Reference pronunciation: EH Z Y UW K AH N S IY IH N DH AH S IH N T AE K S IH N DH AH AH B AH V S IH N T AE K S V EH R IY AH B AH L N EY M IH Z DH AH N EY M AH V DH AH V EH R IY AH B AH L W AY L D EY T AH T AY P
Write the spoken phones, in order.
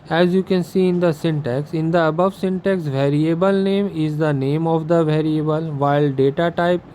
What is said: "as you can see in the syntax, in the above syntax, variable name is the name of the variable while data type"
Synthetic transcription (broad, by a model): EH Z Y UW K AH N S IY IH N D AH S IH N T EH K S IH N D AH AH B AH V S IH N T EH K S V EH R IY AH B AH L N EY M IH Z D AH N EY M AH V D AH V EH R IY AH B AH L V AY L D EY T AH T AY P